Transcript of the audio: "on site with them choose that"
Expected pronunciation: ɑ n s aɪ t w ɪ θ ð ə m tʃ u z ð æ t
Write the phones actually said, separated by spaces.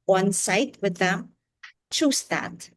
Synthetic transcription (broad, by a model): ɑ n s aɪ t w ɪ ð ə m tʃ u s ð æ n